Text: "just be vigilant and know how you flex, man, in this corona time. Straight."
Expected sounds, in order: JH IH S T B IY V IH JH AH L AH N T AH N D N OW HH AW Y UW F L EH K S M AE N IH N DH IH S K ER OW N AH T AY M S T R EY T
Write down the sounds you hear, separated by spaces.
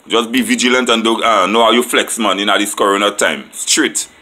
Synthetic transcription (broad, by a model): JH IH S B IY V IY JH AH L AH N T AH N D N OW HH AW Y UW F L EH K S M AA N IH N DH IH S K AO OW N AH T AY M S T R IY T